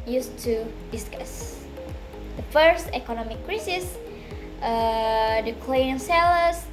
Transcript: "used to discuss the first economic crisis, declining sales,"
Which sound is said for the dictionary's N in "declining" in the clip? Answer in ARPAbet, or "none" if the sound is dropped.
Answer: none